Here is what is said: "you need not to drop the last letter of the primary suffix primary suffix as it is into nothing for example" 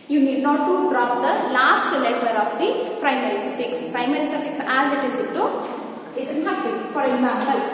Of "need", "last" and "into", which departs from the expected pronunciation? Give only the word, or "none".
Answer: into